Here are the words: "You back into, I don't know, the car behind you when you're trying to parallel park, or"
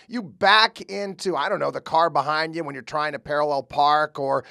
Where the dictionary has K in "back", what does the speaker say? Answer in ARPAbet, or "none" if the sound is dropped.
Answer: K